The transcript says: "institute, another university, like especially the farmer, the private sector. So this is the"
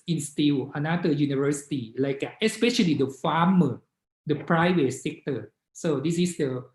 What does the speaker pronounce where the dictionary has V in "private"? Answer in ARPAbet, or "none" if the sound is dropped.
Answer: W